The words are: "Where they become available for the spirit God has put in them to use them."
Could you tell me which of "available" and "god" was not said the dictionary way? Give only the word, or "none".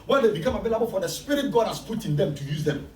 available